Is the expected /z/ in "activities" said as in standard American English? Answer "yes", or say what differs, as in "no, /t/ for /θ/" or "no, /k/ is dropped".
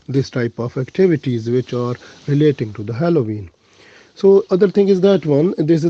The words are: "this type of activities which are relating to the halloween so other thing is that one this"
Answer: yes